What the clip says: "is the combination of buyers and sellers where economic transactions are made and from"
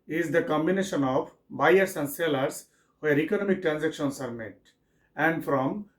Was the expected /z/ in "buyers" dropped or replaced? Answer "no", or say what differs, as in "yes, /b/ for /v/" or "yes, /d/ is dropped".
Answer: yes, /s/ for /z/